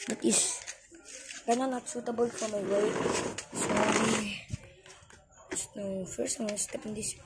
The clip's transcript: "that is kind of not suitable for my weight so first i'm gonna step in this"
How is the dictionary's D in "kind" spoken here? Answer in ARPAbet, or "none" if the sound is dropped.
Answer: none